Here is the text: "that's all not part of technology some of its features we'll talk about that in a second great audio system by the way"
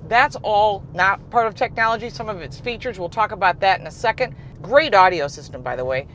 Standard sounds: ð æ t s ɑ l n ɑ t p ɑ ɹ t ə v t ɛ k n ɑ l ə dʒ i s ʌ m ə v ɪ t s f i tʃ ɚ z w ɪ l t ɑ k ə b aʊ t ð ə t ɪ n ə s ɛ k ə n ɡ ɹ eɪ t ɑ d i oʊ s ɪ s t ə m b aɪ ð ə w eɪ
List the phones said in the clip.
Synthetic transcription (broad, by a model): ð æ t s ɑ l n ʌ t p ɑ ɹ t ə v t ɛ k n ɑ l ə dʒ i s ʌ m ə v ɪ t s f i tʃ ɚ z w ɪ l t ɑ k ə b aʊ t ð ə t ɪ n ə s ɛ k ə n ɡ ɹ eɪ t ɑ d i oʊ s ɪ s t ə m b aɪ ð ə w eɪ